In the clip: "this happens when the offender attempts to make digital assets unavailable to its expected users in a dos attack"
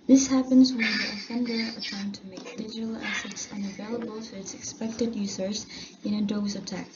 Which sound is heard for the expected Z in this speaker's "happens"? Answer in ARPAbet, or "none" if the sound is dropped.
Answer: Z